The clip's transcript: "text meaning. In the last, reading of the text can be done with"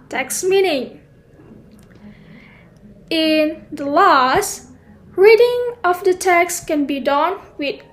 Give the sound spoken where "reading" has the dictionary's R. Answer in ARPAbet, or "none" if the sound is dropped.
R